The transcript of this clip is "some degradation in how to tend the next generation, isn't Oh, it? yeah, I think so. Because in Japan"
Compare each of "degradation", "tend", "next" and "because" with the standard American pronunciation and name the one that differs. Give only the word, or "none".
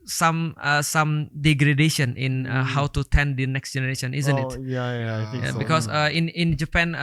because